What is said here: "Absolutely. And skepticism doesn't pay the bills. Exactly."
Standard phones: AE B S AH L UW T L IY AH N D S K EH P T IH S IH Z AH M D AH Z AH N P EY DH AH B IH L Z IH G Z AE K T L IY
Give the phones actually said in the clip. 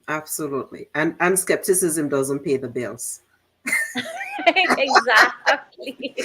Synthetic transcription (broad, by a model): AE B S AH L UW T L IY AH N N S K EH P T IH S IH Z AH M D AH Z AH N P EY DH AH B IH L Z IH G Z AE K T L IY